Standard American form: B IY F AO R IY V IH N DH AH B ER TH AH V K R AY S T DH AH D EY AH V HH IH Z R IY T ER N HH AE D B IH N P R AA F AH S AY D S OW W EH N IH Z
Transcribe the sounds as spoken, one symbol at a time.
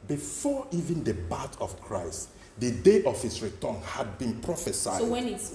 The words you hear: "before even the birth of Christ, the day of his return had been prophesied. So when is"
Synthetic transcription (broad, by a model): B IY F AO IY V IH N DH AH B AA T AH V K R AY S T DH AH D EY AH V HH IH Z R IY T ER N HH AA D B IH N P R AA F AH S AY S OW W EH N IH